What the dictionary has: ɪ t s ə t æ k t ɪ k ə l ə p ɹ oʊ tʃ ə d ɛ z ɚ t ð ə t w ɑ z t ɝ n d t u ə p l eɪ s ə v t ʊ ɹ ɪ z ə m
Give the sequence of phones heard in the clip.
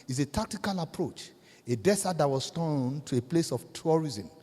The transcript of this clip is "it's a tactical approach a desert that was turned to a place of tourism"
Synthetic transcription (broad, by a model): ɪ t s ə t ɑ k t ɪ k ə l ə p ɹ oʊ tʃ ə d ɛ s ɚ t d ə t w ɑ s t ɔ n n t u ə p l eɪ s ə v t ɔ ɹ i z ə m